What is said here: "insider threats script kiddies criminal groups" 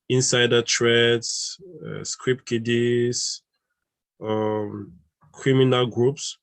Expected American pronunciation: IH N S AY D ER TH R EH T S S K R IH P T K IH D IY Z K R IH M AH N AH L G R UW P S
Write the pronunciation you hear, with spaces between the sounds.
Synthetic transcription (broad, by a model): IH N S AY D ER T R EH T S S K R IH P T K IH D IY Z K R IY M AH N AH L G R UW P S